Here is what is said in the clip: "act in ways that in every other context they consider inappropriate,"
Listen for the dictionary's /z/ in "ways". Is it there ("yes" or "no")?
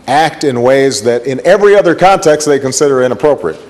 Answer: yes